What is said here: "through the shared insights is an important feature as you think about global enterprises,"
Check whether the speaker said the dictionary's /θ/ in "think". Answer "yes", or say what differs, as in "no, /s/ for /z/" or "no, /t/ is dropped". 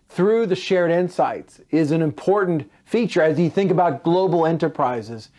yes